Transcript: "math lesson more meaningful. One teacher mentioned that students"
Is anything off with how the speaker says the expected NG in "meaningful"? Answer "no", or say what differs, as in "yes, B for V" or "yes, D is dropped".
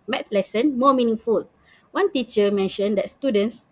no